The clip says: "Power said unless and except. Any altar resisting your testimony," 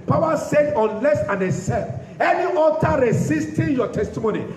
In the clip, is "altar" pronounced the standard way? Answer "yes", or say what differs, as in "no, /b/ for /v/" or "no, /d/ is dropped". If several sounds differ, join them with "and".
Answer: no, /l/ is dropped